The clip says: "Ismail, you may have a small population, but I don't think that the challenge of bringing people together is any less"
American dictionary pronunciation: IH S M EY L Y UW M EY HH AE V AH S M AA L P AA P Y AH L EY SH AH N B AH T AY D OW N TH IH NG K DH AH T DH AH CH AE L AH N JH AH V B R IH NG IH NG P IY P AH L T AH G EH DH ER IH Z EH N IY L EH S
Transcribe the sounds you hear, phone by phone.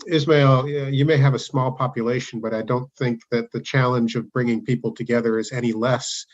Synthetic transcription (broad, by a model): IH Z M EY L Y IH M EY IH V AH S M AA L P AA P Y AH L EY SH N B AH T AY D OW N TH IH NG K DH AH T DH AH CH AE L AH N JH AH V B R IH NG IH NG P IY P L T AH G EH DH ER IH Z EH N IY L EH S